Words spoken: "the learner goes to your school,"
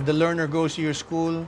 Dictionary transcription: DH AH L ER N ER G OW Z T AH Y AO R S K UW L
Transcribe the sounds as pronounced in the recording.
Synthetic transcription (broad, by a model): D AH L ER N ER G OW S T AH Y AO R S K UW L